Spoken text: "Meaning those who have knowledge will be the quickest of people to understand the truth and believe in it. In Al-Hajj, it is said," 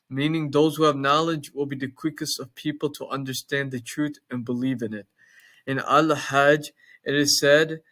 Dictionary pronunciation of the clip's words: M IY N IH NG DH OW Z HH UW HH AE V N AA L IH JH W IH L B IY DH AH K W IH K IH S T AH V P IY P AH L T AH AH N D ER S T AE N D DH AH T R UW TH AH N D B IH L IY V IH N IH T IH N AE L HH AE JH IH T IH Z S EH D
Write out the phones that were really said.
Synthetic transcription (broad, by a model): M IY N IH NG DH OW Z HH UW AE V N AA L IH JH W IH L B IY DH AH K W IH K IH S T AH V P IY P L T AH AH N D ER S T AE N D DH AH T R UW TH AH N B IH L IY V IH N IH T IH N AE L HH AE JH IH T IH Z S EH D